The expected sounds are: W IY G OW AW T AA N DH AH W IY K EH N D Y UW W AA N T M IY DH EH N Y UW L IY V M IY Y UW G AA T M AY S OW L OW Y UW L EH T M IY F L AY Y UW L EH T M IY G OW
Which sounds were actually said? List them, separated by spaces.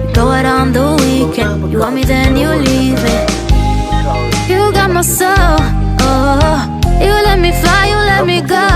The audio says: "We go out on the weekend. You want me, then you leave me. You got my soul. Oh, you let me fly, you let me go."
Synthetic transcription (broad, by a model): G OW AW T AA N DH AH W IY K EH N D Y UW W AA M IY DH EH N Y UW L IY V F Y UW G AA T M AY S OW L OW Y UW L EH T M IY F L AY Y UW L EH T M IY G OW